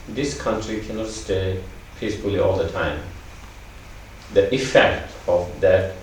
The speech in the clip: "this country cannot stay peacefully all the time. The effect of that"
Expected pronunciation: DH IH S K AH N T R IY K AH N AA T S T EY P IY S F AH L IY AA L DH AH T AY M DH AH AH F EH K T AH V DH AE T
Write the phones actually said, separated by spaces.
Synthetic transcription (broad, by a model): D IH S K AH N T R IY K AH N AA T S T EY P IY S F AH L IY AA L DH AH T AY M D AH AH F EH K T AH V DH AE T